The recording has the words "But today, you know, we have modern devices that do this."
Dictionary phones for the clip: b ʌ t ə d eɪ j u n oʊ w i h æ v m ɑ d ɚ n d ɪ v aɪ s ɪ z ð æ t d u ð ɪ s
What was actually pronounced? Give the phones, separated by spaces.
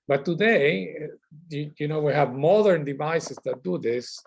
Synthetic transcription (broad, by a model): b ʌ t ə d eɪ j u n oʊ w i h æ v m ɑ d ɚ n d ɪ v aɪ s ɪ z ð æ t d u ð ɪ s